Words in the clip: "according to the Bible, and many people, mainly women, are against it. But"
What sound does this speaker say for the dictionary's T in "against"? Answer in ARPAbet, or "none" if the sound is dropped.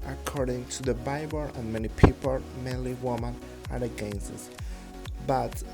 none